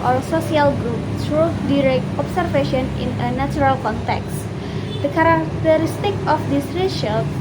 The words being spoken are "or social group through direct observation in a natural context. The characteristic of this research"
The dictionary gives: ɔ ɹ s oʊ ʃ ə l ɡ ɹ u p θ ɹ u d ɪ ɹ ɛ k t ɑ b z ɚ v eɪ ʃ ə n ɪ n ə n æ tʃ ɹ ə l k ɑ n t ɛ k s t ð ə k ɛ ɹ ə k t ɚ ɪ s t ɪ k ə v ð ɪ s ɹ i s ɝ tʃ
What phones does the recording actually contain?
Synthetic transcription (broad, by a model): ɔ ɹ s oʊ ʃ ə l ɡ ɹ u p s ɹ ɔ d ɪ ɹ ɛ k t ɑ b s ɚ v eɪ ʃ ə n ɪ n ə n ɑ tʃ ɹ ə l k ɑ n t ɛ k s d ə k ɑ ɹ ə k t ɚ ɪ s t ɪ k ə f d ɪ s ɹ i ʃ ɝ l